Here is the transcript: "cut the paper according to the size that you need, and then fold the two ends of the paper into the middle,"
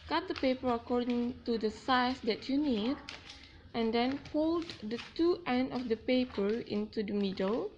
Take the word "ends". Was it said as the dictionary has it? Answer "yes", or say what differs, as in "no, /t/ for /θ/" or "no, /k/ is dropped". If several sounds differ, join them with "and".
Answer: no, /z/ is dropped